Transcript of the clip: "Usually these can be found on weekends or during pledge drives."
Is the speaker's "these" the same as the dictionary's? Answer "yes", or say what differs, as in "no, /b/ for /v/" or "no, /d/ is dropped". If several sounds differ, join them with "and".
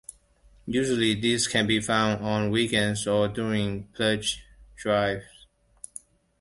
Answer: no, /s/ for /z/